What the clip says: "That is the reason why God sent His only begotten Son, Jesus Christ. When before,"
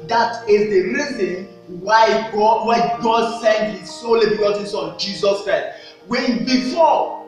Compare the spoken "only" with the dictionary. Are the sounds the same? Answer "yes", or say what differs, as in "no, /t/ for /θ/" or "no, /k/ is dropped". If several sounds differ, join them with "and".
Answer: no, /n/ is dropped